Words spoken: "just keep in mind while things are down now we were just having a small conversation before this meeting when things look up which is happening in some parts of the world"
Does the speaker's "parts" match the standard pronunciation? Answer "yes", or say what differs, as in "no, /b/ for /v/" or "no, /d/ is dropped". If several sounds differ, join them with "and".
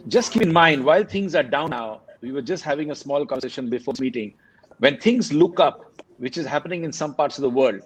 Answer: yes